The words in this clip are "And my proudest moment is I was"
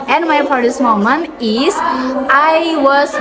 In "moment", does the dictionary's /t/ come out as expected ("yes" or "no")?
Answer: no